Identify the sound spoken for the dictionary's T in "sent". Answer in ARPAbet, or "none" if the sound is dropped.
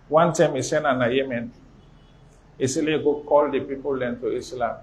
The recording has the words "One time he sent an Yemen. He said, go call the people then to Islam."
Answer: none